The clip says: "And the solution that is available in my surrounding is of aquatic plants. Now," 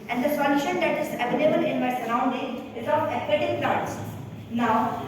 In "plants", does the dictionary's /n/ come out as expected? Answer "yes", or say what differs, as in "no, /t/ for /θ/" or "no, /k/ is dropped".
no, /n/ is dropped